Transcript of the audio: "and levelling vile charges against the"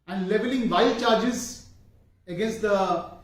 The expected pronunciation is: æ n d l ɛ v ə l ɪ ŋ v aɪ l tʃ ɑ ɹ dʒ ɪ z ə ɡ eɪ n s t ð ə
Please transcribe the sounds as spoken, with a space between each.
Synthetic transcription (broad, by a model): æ n d l ɛ v ə l ɪ ŋ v aɪ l tʃ ɑ ɹ dʒ ɪ z ə ɡ eɪ n s t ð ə